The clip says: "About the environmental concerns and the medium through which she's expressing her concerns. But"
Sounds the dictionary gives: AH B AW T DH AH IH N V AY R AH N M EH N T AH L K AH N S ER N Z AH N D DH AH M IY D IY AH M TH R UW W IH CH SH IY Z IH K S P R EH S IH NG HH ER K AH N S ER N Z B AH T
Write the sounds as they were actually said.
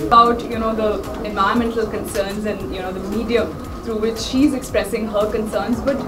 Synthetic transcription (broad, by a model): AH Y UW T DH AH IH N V AY AH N M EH N T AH L K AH N S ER N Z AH N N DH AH M IY D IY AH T R UW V IH CH SH IY Z IH K S P R EH S IH NG HH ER K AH N S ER N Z B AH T